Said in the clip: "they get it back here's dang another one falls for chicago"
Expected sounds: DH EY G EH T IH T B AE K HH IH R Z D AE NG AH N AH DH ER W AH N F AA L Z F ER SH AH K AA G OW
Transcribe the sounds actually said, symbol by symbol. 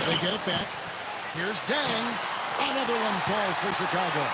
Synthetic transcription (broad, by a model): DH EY G EH T IH T B AE K HH IH R Z D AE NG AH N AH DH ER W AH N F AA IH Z F ER SH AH K AA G OW